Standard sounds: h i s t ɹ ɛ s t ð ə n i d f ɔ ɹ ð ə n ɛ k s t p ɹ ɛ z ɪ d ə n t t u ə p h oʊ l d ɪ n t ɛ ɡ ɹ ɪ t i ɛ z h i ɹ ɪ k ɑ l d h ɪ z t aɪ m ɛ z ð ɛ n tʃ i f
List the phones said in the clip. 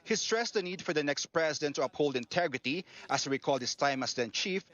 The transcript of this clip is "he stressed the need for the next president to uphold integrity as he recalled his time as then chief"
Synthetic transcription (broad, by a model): h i s t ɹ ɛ s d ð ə n i d f ɔ ɹ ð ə n ɛ k s t p ɹ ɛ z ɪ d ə n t t u ə p h oʊ l d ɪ n t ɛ ɡ ɹ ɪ t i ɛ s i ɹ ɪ k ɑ l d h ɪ s t aɪ m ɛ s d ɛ n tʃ i f